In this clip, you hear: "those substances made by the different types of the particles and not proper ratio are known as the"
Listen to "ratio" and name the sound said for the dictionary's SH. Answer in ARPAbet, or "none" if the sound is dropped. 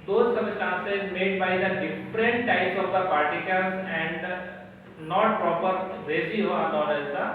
S